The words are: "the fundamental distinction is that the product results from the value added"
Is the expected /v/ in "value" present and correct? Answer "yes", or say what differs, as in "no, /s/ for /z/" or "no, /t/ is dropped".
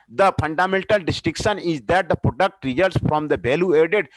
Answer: no, /b/ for /v/